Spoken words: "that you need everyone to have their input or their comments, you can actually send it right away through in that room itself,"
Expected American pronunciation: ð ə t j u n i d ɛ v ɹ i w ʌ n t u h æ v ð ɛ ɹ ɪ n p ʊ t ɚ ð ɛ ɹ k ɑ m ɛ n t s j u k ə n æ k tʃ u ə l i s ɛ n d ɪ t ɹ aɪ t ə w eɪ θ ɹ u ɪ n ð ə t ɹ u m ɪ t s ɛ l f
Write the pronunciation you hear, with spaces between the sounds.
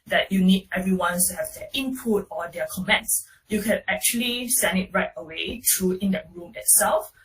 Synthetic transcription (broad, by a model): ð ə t j u n i d ɛ v ɹ i w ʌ n t u h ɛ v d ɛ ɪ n p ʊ t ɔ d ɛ k ɑ m ɛ n t s j u k ə n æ k tʃ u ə l i s ɛ n d ɪ t ɹ aɪ t ə w eɪ t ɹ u ɪ n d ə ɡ ɹ u m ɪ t s ɛ l f